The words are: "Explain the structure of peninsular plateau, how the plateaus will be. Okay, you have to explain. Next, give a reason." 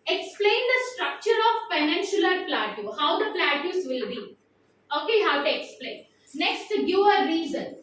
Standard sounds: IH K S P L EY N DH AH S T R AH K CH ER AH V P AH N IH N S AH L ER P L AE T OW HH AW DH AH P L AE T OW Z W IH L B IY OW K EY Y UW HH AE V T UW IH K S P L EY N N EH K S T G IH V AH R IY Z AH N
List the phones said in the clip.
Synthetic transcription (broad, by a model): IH K S P L EY N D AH S T R AH K CH ER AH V F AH N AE N SH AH L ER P L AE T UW HH AW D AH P L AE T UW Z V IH L B IY OW K EY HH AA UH T UW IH K S P L EY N N EH K S T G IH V AH R IY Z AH N